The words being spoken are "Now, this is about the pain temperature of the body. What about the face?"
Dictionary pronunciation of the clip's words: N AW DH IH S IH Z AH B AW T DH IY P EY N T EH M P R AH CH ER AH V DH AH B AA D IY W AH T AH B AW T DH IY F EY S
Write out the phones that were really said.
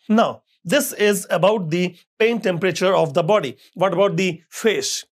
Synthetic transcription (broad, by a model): N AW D IH S IH Z AH B AW T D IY P EY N T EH M P R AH CH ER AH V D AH B AA D IY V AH T AH B AW T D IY F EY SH